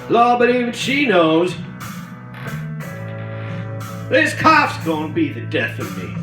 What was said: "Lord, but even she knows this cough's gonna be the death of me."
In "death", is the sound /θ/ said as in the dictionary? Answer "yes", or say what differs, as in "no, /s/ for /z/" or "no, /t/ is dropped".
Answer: yes